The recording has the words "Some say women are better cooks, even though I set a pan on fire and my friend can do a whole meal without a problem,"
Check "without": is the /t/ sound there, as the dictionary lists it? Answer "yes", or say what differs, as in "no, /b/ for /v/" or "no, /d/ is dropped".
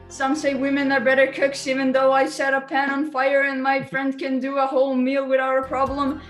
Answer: no, /t/ is dropped